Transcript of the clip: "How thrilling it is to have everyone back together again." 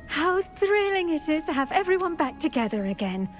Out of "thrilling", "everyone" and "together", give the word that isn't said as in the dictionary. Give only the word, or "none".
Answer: none